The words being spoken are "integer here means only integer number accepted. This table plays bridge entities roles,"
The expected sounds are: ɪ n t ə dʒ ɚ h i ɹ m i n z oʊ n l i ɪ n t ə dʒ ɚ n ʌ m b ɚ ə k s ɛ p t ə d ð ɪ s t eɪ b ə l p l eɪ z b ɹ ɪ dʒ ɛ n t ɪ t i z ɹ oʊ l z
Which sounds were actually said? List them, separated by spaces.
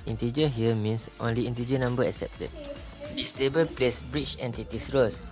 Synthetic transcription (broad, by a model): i n t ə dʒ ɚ h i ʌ m i n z oʊ n l i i n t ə dʒ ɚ n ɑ m b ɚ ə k s ɛ p t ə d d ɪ s t eɪ b ə l p l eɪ s b ɹ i tʃ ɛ n t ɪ t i s ɹ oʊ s